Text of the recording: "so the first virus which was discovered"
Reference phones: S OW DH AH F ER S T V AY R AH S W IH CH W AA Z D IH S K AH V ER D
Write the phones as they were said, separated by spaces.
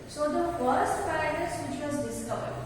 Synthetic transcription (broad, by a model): S OW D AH F ER S T P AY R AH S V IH CH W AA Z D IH S K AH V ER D